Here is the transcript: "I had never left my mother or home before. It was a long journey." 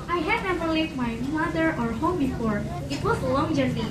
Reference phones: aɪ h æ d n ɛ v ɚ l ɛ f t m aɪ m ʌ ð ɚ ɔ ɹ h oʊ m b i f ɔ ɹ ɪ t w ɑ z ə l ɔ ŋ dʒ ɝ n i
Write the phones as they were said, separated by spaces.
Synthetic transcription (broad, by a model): aɪ h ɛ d n ɛ v ɚ l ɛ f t m aɪ m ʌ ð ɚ ɔ ɹ h oʊ m b i f ɔ ɹ ɪ t w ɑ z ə l ɔ ŋ dʒ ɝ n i